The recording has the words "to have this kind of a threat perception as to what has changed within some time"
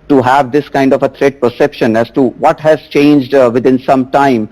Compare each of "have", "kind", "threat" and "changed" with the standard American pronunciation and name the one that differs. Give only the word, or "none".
threat